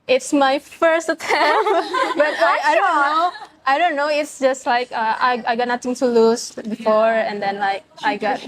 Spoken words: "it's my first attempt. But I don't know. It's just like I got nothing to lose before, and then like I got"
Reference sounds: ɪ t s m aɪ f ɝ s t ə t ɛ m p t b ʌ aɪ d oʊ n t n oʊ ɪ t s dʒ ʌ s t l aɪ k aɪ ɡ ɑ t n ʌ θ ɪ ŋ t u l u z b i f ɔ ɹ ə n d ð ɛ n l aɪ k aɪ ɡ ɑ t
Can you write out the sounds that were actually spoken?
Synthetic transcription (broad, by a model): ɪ t s m aɪ f ɝ s t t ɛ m b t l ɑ aɪ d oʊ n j n oʊ ɪ t s dʒ ʌ s t l aɪ k aɪ ɡ ɑ t n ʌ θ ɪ ŋ t u l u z b i f ɔ ɹ ə n d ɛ n l aɪ k aɪ ɡ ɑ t